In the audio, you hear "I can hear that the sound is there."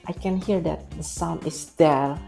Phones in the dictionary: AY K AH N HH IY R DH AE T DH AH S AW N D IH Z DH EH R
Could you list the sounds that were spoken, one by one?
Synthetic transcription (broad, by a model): AY K AH N HH IY R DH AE T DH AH S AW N IH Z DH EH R